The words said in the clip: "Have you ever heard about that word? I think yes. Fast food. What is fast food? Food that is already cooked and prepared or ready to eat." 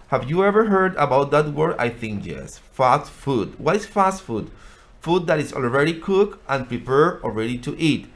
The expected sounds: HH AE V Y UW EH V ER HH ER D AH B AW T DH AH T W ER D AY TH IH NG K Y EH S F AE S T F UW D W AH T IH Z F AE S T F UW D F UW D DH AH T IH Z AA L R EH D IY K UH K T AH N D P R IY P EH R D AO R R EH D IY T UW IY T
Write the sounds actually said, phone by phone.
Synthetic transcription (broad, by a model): HH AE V Y UW EH V ER HH ER D AH B AW T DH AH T W ER D AY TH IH NG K Y EH S F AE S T F UW D W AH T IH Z F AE S T F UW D F UW D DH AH T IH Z AA L R EH D IY K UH K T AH N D P R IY P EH R AO L R EH D IY T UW IY T